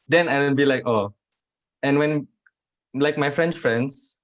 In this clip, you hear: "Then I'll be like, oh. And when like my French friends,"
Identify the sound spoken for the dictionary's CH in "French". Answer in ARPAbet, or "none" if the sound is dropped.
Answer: S